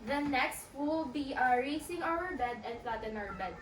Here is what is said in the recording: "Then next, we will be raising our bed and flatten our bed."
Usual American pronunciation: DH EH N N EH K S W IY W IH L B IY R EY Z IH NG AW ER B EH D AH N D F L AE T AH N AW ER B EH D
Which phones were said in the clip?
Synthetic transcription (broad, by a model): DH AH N N EH K S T W IH L B IY R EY S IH NG AW ER B EH D AH N D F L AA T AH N AW ER B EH D